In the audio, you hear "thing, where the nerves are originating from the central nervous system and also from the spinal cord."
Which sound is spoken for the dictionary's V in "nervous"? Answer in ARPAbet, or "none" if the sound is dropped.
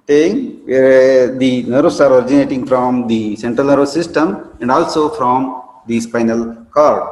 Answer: none